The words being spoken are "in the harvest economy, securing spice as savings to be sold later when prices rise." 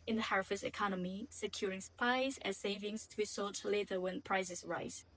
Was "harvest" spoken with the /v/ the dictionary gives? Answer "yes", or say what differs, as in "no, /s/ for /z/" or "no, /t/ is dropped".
no, /f/ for /v/